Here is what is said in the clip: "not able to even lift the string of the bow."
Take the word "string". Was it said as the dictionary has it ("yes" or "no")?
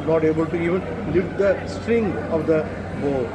yes